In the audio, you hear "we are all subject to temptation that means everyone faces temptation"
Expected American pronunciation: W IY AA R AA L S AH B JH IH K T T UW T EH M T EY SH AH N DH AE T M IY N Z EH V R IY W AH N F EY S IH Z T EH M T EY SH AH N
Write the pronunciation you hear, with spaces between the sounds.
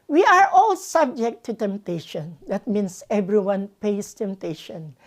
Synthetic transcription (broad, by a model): W IY AA R AA L S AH B JH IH K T T UW T EH M T EY SH AH N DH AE T M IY N S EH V R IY W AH N P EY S T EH M T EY SH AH N